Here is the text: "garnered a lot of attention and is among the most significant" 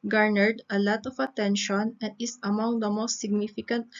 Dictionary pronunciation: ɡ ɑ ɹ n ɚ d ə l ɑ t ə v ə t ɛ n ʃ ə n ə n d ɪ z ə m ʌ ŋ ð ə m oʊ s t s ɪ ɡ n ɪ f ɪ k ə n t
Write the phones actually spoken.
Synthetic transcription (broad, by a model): ɡ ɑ ɹ n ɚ d ə l ɑ t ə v ə t ɛ n ʃ ə n ə n d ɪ s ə m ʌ ŋ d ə m oʊ s t s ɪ ɡ n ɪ f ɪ k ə n t